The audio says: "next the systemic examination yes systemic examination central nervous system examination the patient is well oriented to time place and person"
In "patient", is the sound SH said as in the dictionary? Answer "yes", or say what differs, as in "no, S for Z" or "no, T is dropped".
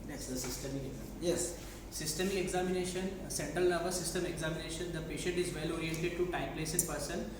yes